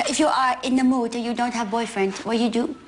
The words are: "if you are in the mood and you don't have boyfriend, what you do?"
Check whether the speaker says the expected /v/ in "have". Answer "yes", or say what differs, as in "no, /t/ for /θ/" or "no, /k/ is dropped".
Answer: yes